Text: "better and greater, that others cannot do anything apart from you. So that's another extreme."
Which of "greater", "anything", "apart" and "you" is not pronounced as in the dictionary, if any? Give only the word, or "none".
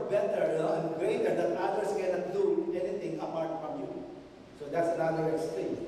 anything